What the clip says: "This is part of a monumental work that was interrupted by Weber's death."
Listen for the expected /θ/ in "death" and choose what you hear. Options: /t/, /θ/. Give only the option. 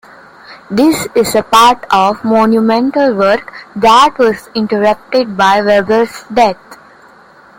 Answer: /t/